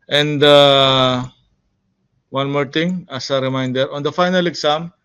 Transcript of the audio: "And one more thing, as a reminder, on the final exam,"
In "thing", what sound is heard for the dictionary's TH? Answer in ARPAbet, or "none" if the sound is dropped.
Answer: T